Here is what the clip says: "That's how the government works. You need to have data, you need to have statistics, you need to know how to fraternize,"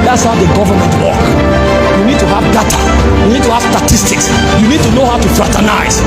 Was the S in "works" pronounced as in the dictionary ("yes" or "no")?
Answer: no